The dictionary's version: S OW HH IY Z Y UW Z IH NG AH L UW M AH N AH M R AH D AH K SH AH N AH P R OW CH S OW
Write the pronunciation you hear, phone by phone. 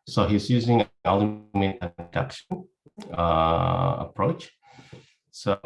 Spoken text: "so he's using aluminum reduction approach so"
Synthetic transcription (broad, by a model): S OW HH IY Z Y UW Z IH NG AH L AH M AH AH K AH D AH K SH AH AH P R OW CH S OW